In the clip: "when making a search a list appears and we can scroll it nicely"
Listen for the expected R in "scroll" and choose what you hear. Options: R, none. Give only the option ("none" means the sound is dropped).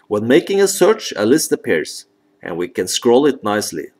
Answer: R